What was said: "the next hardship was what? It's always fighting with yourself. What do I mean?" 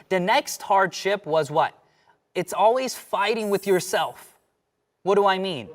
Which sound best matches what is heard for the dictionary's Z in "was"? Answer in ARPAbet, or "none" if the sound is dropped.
Z